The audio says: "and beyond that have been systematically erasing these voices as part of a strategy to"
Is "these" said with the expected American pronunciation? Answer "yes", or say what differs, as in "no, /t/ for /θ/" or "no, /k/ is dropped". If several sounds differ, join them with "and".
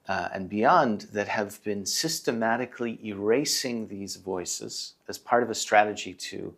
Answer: yes